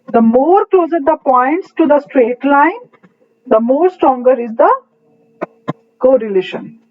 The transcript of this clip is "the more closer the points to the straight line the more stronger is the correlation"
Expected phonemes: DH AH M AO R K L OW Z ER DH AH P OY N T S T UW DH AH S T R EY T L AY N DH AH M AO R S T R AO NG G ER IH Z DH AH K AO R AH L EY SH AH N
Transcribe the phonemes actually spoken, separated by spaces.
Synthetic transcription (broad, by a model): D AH M AO R K L OW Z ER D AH P OY N T S T UW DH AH S T R EY T L AY N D AH M AO R S T R AO NG G ER IH Z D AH K AO R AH L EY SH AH N